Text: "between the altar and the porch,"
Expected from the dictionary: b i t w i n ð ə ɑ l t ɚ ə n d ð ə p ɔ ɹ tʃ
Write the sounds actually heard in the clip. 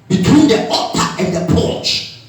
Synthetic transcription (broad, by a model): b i t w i n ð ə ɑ t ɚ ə n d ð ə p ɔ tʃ